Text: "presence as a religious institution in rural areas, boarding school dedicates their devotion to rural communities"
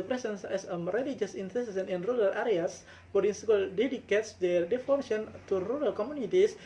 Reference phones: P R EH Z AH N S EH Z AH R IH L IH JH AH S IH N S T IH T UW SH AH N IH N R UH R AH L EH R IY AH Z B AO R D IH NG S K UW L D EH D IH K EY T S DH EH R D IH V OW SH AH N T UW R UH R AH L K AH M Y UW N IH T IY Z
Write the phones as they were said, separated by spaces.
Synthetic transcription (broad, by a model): P R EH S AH N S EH S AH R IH L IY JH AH S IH N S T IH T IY S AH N IH N R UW R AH L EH R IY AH S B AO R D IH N S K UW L D EH D IH K EY T S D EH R D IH F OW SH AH N T UW R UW R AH L K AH M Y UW N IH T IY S